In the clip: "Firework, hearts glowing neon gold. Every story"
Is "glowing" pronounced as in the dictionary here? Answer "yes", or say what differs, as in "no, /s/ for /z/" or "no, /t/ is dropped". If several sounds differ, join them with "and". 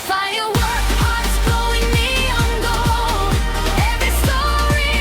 no, /l/ is dropped